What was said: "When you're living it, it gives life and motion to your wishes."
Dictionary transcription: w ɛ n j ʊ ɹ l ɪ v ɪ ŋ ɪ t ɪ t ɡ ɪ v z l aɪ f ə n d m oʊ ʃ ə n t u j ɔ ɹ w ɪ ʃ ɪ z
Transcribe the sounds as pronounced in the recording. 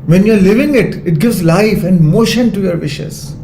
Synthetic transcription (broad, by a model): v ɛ n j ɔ ɹ l ɪ v ɪ ŋ ɪ t ɪ t ɡ ɪ v z l aɪ f ə n d m oʊ ʃ ə n t u j ɔ ɹ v ɪ ʃ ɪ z